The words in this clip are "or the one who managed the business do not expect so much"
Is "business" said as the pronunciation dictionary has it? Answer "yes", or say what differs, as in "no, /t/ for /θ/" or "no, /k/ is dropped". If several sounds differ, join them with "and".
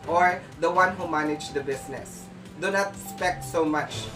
no, /s/ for /z/